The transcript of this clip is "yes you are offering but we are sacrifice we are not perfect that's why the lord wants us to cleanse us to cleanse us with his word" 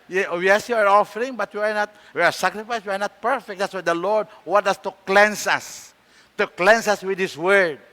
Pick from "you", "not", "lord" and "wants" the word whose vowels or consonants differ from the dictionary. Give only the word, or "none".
wants